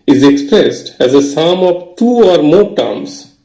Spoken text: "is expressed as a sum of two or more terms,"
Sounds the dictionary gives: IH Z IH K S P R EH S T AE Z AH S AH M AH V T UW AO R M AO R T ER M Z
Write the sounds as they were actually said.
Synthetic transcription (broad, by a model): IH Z IH K S P R EH S T AE Z AH S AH M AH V T UW AO R M AO R T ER M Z